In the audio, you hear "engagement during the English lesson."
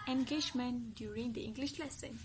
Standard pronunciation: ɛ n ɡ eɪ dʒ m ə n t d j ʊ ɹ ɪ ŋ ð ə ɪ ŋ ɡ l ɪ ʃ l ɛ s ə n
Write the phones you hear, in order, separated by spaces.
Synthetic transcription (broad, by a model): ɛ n ɡ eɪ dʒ m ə n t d j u ɹ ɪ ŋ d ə ɪ ŋ ɡ l ɪ ʃ l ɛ s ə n